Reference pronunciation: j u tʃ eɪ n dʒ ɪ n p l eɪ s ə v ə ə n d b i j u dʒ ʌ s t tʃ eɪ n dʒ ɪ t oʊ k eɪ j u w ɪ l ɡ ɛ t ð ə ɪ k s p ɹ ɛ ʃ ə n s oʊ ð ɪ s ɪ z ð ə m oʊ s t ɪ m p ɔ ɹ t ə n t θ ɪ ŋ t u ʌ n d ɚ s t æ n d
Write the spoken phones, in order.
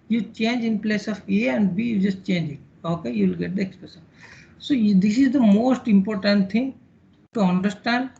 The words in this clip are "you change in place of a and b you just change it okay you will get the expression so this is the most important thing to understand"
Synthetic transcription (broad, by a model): j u tʃ eɪ n dʒ ɪ n p l eɪ s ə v ə ə n d b i j u dʒ ʌ s t tʃ eɪ n dʒ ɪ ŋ oʊ k eɪ j u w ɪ l ɡ ɛ t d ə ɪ k s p ɹ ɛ s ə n s oʊ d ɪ s ɪ z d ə m oʊ s t ɪ m p ɔ ɹ t ə n t t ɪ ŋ t u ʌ n d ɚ s t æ n d